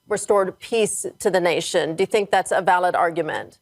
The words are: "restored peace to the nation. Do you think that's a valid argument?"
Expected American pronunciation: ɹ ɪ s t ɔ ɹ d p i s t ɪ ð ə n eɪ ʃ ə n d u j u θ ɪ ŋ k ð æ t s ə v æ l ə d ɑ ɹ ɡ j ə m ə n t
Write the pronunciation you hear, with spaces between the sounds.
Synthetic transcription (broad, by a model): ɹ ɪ s t ɔ ɹ d p i s t ɪ ð ə n eɪ ʃ ə n d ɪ j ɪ θ ɪ ŋ k ð æ t s ə v æ l ə d ɑ ɹ ɡ j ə m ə n t